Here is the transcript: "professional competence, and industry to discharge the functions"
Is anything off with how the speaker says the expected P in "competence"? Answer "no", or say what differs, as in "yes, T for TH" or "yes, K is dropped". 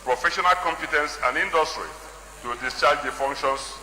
no